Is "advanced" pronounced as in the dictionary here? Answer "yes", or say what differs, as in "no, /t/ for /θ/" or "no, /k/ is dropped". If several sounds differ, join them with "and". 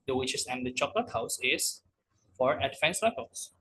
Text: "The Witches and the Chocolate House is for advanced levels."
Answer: no, /f/ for /v/